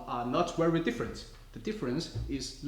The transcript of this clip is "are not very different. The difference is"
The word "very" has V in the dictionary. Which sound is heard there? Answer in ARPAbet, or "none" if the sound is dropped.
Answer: W